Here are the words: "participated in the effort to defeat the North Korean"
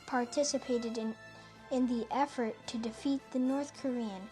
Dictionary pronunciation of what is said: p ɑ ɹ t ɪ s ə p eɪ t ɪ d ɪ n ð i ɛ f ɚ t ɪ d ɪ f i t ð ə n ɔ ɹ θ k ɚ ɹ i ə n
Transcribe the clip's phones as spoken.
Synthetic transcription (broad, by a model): p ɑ ɹ t ɪ s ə p eɪ t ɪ d ɪ n ð i ɛ f ɚ t ɪ d ɪ f i t ð ə n ɔ ɹ θ k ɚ ɹ i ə n